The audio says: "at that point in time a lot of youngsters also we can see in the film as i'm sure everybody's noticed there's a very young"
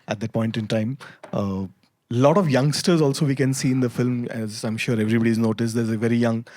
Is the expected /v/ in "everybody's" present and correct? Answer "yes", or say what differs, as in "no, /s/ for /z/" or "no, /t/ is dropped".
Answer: yes